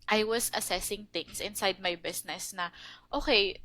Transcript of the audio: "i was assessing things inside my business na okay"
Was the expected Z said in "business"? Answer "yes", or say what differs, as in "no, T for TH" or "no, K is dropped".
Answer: no, S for Z